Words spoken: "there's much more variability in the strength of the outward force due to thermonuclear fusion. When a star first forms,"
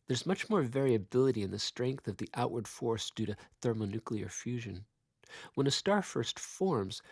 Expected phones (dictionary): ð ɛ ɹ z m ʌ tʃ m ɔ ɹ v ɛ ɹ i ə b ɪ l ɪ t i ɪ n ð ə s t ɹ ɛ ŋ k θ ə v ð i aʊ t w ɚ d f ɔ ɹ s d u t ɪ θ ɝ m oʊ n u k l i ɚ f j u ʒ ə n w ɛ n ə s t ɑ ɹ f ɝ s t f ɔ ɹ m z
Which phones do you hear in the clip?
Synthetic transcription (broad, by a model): ð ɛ ɹ z m ʌ tʃ m ɔ ɹ v ɛ ɹ i ə b ɪ l ɪ t i ɪ n ð ə s t ɹ ɛ ŋ k θ ə v ð i aʊ t w ɚ d f ɔ ɹ s d u t ɪ θ ɝ m oʊ n u k l i ɚ f j u ʒ ə n w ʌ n ə s t ɑ ɹ f ɝ s t f ɔ ɹ m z